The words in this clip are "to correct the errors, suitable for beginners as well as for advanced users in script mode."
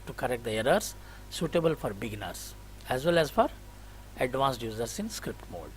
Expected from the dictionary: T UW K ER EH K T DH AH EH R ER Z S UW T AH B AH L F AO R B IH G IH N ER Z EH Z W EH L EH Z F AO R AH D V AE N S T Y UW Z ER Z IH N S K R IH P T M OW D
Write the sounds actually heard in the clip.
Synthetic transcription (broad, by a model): T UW K ER EH K T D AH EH R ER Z S UW T AH B AH L F AO R B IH G N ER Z EH Z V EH L EH Z F AO R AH D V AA N S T Y UW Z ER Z IH N S K R IH P T M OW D